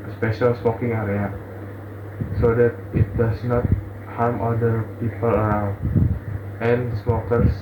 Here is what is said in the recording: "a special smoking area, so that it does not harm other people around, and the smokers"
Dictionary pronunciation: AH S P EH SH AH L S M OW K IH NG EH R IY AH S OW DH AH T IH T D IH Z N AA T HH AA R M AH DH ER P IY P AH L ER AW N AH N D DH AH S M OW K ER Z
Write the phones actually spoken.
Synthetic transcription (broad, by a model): S P EH SH AH L S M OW K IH NG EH R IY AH S OW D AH T IH T D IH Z N AA T HH AA R M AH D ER P IY P AH L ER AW AH N S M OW K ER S